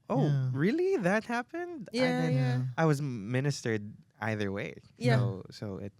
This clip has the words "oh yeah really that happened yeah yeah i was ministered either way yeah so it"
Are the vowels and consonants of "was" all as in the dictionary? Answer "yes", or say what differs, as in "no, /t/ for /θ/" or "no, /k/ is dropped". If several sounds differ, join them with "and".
yes